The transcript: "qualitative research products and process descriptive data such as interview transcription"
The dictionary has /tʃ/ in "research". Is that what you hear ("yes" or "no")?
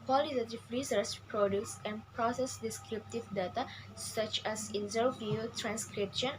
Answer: no